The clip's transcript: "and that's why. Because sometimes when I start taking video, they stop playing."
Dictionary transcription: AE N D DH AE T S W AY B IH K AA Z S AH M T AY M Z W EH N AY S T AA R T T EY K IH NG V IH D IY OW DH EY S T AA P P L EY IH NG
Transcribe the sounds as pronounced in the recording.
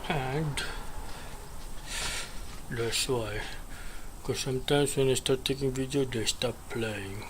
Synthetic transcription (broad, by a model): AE N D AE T S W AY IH K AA S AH M T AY M S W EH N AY S T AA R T T EY K IH NG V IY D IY OW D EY S T AA P P L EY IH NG